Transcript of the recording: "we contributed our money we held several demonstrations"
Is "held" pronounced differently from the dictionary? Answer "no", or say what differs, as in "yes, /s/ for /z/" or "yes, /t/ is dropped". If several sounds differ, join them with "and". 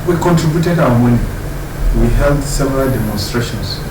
no